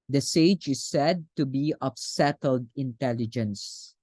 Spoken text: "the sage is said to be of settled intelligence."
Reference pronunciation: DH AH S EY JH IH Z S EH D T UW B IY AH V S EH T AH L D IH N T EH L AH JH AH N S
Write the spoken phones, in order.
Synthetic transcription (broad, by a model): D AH S EY JH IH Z S EH D T UW B IY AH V S EH T AH L D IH N T EH L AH JH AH N S